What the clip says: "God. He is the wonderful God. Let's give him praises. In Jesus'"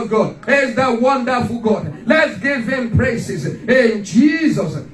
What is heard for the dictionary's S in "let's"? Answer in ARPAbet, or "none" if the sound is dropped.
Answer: S